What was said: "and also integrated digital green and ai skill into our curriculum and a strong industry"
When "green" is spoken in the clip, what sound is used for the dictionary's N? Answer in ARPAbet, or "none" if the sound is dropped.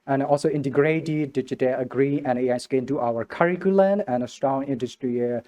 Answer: none